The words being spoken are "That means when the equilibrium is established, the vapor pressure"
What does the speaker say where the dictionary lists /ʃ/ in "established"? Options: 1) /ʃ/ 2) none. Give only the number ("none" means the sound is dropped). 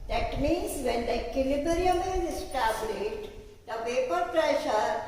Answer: 2